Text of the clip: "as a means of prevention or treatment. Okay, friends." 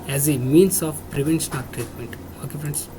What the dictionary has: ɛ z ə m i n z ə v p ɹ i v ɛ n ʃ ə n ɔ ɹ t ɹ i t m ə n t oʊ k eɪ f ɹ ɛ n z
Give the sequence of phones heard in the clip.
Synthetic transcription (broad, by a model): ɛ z ə m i n s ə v p ɹ i v ɛ n ʃ ə n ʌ l t ɹ i t m ə n t oʊ k eɪ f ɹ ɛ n